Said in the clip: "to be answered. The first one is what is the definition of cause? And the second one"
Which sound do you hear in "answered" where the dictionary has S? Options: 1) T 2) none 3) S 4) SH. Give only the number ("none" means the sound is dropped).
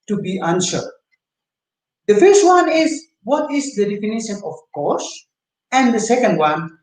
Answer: 4